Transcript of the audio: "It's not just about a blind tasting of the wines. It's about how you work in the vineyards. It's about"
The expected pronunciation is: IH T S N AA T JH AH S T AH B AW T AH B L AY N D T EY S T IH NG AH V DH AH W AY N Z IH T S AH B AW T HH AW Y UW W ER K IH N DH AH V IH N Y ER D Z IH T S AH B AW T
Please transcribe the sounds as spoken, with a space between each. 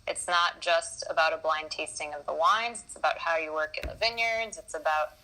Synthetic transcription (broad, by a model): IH T S N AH T JH AH S T AH B AW T AH B L AY N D T EY S T IH NG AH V DH AH W AY N Z IH T S AH B AW T HH AW Y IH W ER K IH N DH AH V IH N Y ER D Z IH T S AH B AW T